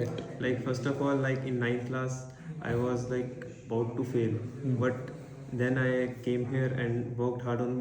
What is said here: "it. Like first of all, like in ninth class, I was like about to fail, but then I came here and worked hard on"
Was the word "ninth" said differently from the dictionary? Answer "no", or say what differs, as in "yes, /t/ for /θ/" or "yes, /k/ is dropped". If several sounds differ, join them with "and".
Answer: yes, /t/ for /θ/